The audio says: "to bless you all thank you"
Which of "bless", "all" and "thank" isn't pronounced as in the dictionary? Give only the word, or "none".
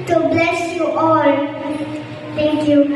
thank